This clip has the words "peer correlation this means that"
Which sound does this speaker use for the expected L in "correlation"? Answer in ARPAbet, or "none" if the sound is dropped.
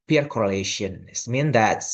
L